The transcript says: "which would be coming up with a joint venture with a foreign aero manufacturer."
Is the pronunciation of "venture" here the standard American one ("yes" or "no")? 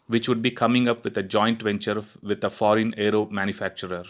yes